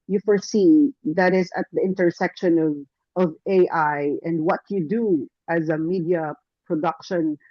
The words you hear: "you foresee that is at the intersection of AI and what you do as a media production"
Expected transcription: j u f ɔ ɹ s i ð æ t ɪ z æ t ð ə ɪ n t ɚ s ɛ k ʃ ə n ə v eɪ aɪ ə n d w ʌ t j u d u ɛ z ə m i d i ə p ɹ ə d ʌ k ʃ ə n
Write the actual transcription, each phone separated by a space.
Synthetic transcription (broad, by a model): j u f ɔ ɹ s i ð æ t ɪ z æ t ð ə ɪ n t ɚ s ɛ k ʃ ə n ə v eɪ aɪ ə n d w ʌ t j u d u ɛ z ə m i d i ə p ɹ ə d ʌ k ʃ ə n